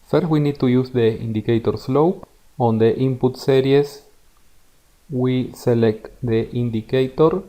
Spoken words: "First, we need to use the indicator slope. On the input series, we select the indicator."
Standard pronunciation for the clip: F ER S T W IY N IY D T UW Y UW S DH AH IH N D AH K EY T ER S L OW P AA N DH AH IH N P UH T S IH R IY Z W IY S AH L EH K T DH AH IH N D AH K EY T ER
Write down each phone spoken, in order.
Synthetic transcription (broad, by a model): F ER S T W IY N IY D T UW Y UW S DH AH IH N D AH K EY T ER S L OW P AA N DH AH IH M P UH T S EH R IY S W IY S AH L EH K T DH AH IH N D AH K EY T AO